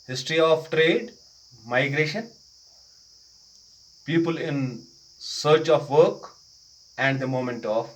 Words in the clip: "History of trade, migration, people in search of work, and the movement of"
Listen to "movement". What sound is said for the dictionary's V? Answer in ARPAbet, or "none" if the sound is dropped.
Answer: none